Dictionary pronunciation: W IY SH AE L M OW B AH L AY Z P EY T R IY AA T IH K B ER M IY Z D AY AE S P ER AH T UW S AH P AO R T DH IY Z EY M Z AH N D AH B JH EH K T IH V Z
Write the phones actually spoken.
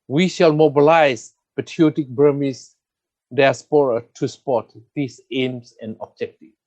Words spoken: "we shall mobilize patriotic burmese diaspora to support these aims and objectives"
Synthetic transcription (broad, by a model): W IY SH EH L M OW B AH L AY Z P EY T IY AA T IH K B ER M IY S D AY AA S P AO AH T UW S P AO T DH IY S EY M S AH N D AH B JH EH K T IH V